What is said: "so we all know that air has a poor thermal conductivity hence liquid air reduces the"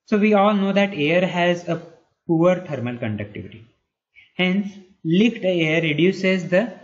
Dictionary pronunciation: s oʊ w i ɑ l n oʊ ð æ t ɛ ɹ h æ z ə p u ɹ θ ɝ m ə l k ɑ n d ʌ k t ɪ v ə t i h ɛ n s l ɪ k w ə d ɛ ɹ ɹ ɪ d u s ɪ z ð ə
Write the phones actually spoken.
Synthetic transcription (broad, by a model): s oʊ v i ɑ l n oʊ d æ t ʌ ɹ h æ z ə p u ɹ t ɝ m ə l k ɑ n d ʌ k t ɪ v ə t i h ɛ n s l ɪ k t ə ʌ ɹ ɹ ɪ d u s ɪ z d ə